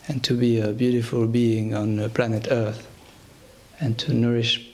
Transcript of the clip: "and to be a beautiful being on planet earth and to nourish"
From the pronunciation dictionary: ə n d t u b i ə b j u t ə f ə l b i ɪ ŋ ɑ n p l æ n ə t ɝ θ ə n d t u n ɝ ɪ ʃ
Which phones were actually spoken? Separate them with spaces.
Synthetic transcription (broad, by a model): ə n t u b i ə b j u t ə f ə l b i ɪ ŋ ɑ n p l æ n ə t ɝ θ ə n t u n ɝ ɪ ʃ